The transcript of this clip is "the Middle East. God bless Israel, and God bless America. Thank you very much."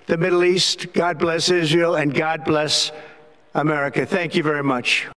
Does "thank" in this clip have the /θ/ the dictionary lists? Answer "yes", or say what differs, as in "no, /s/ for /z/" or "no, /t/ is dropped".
yes